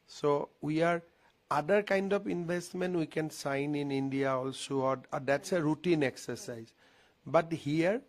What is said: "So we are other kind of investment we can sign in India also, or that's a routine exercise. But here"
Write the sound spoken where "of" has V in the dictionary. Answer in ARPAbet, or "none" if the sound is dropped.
P